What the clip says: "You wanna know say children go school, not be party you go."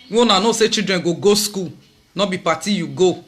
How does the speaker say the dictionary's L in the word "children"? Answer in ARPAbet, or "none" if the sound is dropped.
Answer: none